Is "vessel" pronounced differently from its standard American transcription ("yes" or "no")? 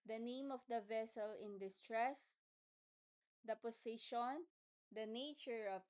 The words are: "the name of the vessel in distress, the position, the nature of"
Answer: no